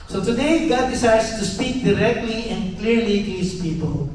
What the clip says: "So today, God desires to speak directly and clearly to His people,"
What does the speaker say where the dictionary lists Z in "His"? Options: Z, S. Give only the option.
S